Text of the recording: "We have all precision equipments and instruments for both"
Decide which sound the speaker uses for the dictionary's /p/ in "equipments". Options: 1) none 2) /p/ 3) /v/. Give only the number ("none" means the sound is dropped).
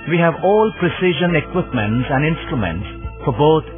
2